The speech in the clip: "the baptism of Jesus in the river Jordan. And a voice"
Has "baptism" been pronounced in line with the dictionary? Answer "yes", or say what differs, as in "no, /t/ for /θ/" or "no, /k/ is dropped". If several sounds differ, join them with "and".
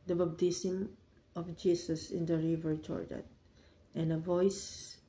no, /b/ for /p/ and /s/ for /z/